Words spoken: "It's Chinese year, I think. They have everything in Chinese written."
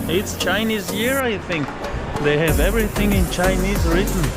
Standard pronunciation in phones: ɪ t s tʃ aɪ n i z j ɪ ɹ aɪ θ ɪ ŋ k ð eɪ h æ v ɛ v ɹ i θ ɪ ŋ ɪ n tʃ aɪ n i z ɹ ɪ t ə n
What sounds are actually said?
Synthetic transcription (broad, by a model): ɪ t s tʃ aɪ n i z j ɪ ɹ aɪ θ ɪ ŋ k ð eɪ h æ v ɛ v ɹ i θ ɪ ŋ ɪ n tʃ aɪ n i z ɹ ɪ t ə n